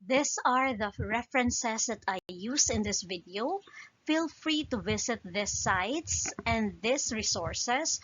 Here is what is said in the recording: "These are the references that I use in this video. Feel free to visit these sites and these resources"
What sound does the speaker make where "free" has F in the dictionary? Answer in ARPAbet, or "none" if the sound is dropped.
F